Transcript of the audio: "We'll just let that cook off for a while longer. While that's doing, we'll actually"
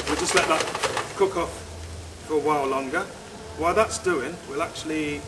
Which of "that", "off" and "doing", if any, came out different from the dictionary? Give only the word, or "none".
none